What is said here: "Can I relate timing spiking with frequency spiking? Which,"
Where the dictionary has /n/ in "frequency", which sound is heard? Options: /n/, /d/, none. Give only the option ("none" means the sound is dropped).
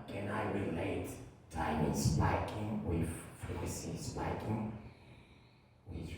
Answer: none